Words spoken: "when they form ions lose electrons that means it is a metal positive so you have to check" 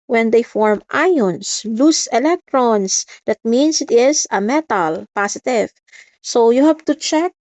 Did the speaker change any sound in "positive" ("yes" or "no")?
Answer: yes